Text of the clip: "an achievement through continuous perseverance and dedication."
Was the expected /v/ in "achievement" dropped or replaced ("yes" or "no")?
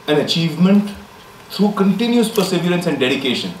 no